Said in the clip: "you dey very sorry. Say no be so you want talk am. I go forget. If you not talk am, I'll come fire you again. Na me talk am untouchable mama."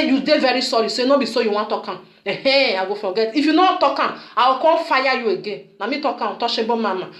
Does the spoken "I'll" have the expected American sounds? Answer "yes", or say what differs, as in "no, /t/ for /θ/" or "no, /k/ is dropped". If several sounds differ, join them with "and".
no, /w/ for /l/